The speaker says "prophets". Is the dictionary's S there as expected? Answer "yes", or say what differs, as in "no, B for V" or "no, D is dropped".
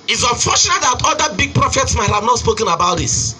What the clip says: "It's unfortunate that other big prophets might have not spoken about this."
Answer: yes